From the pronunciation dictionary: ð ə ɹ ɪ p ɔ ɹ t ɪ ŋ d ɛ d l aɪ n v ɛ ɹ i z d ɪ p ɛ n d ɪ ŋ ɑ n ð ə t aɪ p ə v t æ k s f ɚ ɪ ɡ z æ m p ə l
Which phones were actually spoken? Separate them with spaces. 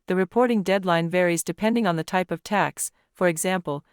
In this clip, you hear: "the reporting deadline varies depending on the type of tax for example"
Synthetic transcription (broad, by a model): ð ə ɹ ɪ p ɔ ɹ t ɪ ŋ d ɛ d l aɪ n v ɛ ɹ i z d ɪ p ɛ n d ɪ ŋ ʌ n ð ə t aɪ p ə v t æ k s f ɚ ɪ ɡ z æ m p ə l